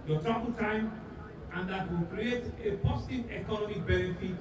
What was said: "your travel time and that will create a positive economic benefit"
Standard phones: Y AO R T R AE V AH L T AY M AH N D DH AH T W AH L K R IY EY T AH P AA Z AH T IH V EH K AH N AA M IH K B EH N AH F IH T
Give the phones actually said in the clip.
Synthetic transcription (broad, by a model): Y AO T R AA B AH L T AY M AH N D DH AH T W AH L K R IY EY T AH P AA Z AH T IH V EH K AH N AA M IH K B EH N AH F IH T